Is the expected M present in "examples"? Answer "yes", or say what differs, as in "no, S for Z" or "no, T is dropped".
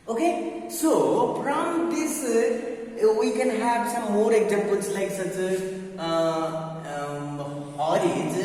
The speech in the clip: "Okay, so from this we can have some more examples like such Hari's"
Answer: no, M is dropped